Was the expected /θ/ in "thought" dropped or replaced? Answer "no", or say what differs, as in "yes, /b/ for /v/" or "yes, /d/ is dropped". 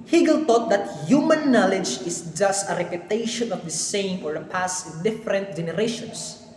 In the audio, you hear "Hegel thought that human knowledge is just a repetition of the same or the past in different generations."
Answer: yes, /t/ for /θ/